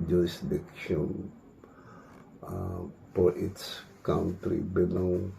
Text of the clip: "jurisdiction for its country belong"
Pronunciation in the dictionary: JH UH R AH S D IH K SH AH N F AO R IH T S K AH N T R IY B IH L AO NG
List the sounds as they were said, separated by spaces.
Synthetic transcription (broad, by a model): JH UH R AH S D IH K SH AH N P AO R IH T S K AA N T R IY B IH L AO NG